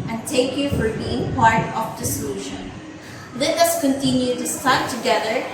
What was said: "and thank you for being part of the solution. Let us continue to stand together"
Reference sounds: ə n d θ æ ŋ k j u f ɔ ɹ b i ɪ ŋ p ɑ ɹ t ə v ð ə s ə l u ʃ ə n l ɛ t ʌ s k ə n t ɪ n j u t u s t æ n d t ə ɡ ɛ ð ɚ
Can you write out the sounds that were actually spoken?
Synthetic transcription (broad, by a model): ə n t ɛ k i f ɔ ɹ b i ɪ ŋ p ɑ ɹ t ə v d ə s ə l u ʃ ə n l ɛ t ʌ s k ə n t ɪ n j u t u s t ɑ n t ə ɡ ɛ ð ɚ